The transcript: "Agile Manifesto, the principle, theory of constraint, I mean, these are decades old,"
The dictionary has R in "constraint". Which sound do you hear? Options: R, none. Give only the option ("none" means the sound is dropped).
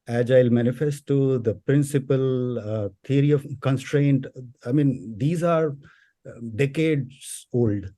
R